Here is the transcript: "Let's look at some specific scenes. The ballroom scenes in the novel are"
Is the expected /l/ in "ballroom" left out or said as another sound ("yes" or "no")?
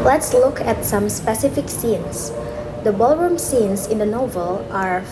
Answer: no